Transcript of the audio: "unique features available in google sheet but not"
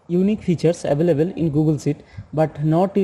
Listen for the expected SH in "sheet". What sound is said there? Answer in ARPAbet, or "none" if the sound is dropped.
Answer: S